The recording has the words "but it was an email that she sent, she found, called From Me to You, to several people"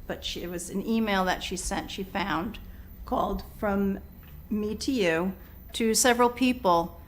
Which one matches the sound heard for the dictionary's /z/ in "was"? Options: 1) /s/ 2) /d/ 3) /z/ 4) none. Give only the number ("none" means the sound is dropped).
3